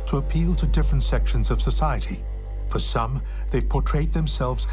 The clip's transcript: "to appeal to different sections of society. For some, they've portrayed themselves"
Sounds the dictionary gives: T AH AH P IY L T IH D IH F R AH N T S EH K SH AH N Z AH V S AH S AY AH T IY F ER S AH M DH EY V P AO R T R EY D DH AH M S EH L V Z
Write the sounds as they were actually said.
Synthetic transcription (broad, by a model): T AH AH P IY L T IH D IH F R AH N T S EH K SH AH N Z AH V S AH S AY AH T IY F ER S AH M DH EY V P AO R T R EY D DH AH M S EH L V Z